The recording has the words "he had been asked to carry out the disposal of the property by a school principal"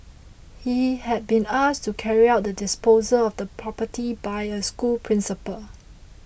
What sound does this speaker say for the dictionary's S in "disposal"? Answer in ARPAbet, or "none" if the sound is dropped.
S